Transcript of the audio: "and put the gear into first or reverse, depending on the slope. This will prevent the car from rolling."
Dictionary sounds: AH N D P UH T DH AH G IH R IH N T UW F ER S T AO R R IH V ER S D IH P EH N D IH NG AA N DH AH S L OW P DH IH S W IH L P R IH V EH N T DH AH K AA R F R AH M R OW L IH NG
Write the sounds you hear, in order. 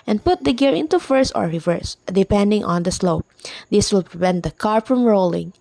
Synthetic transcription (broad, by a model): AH N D P UH T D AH G IH R IH N T UW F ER S AO R R IH V ER S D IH P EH N D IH NG AA N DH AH S L OW P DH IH S W IH L P R IH V EH N T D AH K AA R F R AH M R OW L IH NG